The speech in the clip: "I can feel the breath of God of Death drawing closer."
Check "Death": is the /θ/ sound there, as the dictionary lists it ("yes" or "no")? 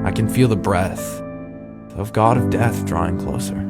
yes